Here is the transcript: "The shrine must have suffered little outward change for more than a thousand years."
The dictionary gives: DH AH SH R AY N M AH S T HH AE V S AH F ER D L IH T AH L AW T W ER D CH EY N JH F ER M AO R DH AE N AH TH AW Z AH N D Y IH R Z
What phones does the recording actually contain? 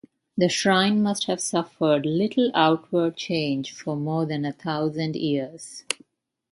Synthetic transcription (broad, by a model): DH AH SH R AY N M AH S T HH AE V S AH F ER D L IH T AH L AW T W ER D CH EY N JH F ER M AO R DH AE N AH T AW Z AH N D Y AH R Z